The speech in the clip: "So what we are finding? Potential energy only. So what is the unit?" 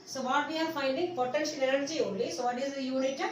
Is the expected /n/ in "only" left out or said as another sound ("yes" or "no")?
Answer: yes